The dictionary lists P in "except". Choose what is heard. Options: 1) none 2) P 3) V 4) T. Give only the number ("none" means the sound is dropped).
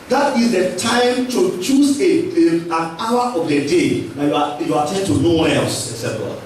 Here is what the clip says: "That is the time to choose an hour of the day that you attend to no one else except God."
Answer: 1